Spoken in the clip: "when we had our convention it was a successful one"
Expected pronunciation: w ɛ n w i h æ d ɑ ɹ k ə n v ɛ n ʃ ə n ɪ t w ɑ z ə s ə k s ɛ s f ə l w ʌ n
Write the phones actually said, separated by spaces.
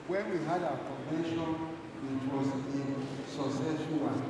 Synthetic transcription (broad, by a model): w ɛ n w i h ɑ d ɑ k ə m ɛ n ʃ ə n ɪ t w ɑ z ə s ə s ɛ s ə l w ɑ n